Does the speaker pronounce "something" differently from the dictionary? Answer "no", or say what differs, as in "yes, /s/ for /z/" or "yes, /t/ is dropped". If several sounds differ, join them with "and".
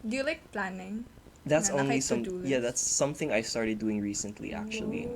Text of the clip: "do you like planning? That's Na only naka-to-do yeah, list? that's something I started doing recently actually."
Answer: no